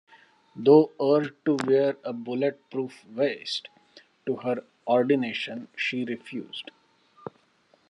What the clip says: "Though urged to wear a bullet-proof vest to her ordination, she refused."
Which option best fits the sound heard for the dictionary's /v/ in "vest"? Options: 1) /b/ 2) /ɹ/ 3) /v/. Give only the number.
3